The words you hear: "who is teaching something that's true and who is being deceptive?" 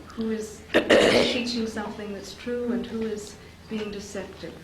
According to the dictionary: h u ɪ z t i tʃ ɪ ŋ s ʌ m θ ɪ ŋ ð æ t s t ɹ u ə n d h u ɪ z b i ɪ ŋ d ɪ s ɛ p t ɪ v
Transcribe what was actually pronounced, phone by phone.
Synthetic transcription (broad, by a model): h u ɪ z t i tʃ ɪ ŋ s ʌ m θ ɪ ŋ ð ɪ t s t ɹ u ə n h u ɪ z b i ɪ ŋ d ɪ s ɛ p t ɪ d